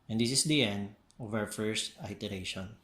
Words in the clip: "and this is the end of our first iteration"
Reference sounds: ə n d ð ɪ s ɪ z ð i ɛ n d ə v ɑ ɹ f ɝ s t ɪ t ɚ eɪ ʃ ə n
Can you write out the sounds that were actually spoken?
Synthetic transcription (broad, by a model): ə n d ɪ s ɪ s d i ɛ n d ə v ɑ w f ɝ s t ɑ t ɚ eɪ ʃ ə n